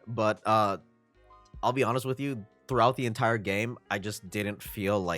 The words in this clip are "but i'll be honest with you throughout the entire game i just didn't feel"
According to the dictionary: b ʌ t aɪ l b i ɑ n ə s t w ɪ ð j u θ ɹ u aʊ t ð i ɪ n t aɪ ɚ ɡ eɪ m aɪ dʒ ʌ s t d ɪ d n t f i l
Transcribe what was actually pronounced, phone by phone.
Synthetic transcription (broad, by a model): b ʌ t aɪ l b i ɑ n ə s t w ɪ ð j u θ ɹ u aʊ t ð i ɪ n t aɪ ɚ ɡ eɪ m aɪ dʒ ʌ s d ɪ d n t f i l